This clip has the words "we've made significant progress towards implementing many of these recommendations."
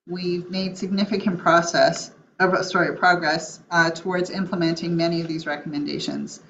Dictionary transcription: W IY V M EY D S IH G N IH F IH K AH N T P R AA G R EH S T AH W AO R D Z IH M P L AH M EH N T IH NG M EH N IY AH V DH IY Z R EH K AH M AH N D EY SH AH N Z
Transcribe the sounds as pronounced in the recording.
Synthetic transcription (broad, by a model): W IY V M EY D S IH G N IH F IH K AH N T P R AA G R EH S T AH W AO R D Z IH M P L AH M EH N T IH NG M EH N IY AH V DH IY Z R EH K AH M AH N D EY SH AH N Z